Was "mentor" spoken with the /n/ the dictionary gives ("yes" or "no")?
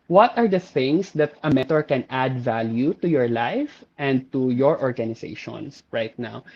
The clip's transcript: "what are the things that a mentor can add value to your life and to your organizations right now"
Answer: no